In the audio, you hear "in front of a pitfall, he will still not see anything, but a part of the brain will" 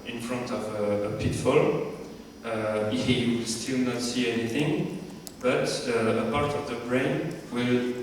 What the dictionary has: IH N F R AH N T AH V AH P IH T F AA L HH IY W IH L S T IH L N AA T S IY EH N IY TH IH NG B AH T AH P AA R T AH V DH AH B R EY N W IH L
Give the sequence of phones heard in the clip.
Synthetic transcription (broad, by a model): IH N F R AH N T AH V AH P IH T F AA L HH IY W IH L S T IH L N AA T S IY EH N IY TH IH NG B AH T AH P AA R T AH V DH AH B R EY N W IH L